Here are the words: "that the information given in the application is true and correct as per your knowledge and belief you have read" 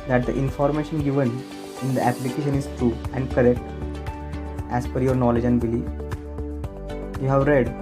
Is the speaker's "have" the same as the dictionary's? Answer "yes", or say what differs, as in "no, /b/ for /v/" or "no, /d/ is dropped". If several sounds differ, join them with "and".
yes